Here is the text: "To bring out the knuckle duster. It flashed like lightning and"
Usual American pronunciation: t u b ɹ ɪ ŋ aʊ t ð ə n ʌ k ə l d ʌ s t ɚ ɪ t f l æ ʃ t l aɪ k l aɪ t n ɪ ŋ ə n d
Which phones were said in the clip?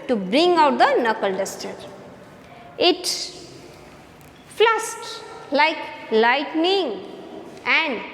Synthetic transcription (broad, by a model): t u b ɹ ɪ ŋ aʊ t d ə n ʌ k ə l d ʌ s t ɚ ɪ t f l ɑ s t l aɪ k l aɪ t n ɪ ŋ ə n d